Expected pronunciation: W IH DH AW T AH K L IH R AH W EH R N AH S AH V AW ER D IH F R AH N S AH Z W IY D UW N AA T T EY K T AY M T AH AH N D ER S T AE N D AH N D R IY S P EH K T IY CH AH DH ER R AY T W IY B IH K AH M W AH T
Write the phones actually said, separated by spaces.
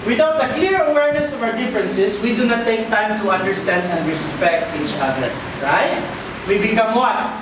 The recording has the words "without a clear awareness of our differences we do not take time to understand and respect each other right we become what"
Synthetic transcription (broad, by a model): W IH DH AW T AH K L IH R AH W EH R N AH S AH V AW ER D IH F R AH N S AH S W IY D UW N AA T T EY K T AY M T AH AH N D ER S T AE N D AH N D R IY S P EH K T IY CH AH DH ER R AY T W IY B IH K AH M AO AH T